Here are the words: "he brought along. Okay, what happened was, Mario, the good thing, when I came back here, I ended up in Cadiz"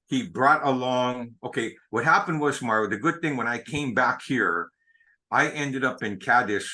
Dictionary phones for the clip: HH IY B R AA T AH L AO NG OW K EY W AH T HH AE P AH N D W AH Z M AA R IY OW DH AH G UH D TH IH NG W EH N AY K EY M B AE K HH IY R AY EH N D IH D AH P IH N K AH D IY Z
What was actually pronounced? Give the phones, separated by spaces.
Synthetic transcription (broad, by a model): HH IY B R AA T AH L AO NG OW K EY W AH T HH AE P AH N D W AH Z M AA R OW DH AH G UH D TH IH NG W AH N AY K EY M B AE K HH IY R AY EH N D IH D AH P IH N K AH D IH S